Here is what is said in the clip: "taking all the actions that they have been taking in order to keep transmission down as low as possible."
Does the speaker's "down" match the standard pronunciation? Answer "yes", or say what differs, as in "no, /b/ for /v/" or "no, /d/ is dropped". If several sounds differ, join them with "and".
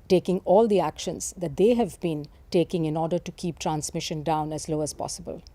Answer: yes